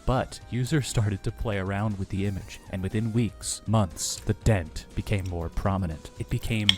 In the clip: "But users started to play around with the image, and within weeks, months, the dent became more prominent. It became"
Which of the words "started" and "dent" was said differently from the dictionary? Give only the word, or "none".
none